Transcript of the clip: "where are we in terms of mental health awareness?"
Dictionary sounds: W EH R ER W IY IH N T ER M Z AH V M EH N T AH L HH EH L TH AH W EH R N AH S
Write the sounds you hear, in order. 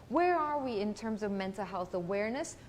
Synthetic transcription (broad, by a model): W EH R ER W IY IH N T ER M Z AH V M EH N T L HH EH L TH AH W EH R N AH S